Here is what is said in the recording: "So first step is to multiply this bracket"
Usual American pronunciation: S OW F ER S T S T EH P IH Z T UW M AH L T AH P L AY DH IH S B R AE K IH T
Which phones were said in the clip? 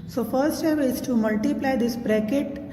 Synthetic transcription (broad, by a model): S OW F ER T S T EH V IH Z T UW M AH L T AH P L AY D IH S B R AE K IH T